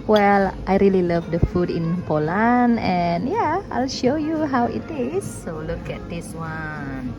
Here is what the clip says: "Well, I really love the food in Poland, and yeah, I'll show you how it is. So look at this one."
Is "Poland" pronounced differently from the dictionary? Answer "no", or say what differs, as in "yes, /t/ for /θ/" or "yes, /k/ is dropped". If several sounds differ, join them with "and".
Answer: yes, /d/ is dropped